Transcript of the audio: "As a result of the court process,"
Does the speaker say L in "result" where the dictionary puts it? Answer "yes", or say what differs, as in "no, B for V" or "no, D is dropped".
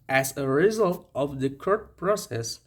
yes